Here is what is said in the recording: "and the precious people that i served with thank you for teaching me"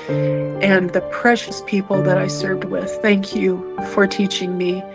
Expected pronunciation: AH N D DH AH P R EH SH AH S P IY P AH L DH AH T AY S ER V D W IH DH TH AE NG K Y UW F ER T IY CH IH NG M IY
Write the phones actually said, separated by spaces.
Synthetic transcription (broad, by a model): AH N DH AH P R EH SH AH S P IY P L DH AH T AY S ER V D W IH DH TH AE NG K Y UW F ER T IY CH IH NG M IY